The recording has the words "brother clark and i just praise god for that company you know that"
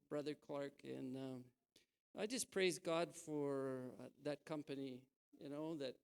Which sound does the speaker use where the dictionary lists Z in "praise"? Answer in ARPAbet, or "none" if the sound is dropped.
Z